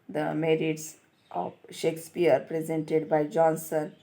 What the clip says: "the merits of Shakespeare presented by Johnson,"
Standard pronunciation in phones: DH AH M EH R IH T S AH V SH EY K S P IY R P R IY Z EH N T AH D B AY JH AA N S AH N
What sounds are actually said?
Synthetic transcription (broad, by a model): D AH M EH R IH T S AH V SH EY K S P IY R P R IY Z EH N T AH D B AY JH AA N S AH N